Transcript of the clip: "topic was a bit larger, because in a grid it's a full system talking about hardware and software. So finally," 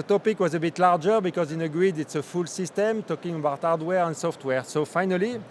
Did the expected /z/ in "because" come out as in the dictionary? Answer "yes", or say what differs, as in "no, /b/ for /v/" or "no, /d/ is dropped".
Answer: yes